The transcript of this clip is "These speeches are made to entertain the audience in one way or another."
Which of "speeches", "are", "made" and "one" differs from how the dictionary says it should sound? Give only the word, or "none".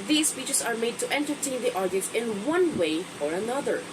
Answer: speeches